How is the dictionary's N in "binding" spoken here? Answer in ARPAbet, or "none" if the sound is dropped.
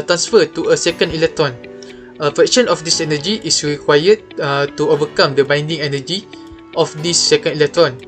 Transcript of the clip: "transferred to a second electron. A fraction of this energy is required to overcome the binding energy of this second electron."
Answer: N